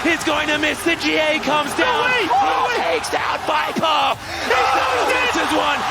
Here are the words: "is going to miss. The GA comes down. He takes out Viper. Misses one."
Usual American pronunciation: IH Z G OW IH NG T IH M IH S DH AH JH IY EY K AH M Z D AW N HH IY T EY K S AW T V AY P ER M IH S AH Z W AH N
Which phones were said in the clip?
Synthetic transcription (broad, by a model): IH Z G OW IH NG T IH M IH S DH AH JH IY EY K AH M Z D AW N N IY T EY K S AW T B AY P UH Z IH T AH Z W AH N